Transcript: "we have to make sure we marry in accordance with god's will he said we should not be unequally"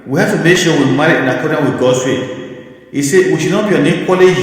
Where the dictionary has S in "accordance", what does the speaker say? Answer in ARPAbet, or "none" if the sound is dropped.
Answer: none